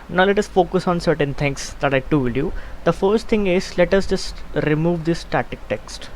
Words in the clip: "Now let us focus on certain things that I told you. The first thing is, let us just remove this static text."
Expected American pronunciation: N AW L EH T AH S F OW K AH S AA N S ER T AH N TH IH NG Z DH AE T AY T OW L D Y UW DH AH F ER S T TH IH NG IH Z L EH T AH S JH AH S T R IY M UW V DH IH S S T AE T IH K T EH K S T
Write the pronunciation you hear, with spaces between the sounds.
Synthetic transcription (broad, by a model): N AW L EH T AH S F OW K AH S AA N S ER T AH N T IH NG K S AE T AY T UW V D Y UW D AH F ER S T T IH NG IH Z L EH T AH S JH AH S T R IY M UW V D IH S S T AE T IH K T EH K S T